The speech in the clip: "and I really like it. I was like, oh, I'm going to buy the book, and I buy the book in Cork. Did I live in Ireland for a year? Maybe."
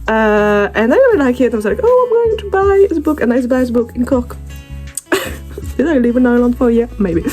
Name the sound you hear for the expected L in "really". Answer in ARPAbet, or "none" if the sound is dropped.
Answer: none